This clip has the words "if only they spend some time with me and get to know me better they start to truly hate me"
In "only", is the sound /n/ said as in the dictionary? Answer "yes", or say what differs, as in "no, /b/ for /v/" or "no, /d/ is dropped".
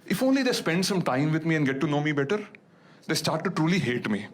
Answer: yes